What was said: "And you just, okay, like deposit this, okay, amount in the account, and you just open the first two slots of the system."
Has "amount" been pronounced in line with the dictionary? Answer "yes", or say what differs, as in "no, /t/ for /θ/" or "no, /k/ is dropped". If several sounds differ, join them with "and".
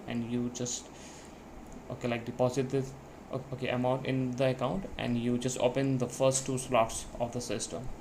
no, /n/ is dropped